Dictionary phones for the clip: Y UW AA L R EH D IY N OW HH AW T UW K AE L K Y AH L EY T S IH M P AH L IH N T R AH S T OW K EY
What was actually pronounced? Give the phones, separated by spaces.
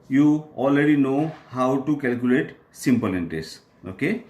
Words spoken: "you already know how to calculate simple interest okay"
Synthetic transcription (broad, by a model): Y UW AA L R EH D IY N OW HH AW T UW K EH L K Y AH L EY T S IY M P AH L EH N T AH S OW K EY